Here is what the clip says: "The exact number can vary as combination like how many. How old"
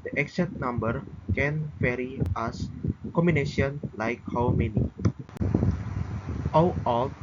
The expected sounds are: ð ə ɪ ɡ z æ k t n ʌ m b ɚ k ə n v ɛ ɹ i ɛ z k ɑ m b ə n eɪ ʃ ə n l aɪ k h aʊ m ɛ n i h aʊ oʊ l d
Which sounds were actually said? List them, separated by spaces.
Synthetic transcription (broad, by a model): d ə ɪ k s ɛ t n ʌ m b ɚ k ə n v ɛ ɹ i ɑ s k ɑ m b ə n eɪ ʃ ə n l aɪ k h aʊ m ɛ n i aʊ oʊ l